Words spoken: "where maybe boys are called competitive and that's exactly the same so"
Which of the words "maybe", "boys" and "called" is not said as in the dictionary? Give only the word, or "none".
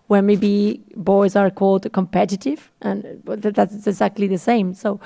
none